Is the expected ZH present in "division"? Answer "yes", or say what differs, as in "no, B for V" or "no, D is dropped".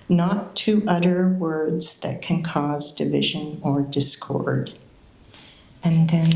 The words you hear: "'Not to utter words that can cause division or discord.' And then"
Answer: yes